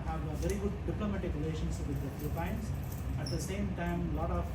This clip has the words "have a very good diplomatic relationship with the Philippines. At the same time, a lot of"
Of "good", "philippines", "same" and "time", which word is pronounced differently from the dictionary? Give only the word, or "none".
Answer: philippines